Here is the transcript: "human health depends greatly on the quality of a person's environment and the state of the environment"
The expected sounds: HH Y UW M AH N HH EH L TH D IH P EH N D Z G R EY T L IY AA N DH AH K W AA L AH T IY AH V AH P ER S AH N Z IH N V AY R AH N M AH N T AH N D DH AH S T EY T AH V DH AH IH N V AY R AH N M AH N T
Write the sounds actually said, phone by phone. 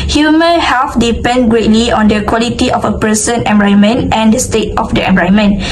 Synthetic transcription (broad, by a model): HH Y UW M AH N HH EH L F D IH P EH N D G R EY T L IY AA N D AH K W AA L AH T IY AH F AH P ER S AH N IH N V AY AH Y M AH N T AH N D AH S T EY T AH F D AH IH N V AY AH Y M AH N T